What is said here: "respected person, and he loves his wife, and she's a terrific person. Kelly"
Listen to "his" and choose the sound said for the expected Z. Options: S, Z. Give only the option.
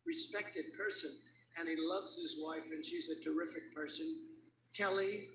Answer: Z